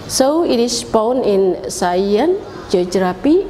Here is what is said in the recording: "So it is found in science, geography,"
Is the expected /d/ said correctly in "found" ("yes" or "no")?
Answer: no